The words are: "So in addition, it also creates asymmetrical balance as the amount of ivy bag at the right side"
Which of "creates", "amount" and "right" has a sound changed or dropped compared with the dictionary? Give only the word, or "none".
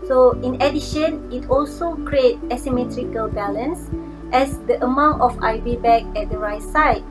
creates